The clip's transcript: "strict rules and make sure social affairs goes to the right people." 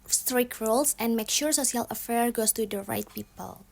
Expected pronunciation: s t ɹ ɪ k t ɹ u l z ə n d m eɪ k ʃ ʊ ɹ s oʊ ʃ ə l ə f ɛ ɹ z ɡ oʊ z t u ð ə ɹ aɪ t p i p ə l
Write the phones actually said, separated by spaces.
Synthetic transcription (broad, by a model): s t ɹ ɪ k ɹ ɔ l s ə n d m eɪ k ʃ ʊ ɹ s oʊ s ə l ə f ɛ ɹ ɡ oʊ s t u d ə ɹ aɪ t p i p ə l